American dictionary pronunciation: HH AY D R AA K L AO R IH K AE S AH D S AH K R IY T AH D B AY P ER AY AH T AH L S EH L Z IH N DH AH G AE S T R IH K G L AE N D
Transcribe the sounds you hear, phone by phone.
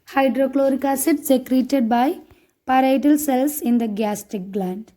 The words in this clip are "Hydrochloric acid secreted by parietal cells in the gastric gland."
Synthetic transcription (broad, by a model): HH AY D R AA K L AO R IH K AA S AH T S AH K R IY T AH D B AY P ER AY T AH L S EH L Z IH N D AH G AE S T IH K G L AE N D